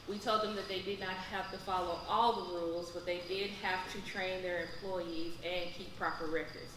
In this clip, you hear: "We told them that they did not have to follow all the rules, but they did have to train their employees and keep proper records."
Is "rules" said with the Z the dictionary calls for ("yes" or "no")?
yes